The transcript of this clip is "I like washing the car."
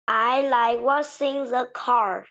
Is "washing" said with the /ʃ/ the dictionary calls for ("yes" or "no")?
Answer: no